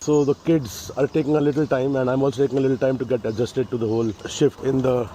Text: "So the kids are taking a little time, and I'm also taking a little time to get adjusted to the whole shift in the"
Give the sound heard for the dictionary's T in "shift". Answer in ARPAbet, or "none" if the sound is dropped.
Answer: T